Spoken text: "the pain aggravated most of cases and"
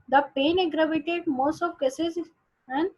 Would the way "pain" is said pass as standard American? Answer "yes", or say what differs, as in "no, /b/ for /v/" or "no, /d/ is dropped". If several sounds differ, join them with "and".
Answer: yes